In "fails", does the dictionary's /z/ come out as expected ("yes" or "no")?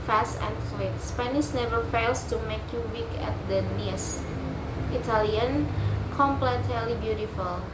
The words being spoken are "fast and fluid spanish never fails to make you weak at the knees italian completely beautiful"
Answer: no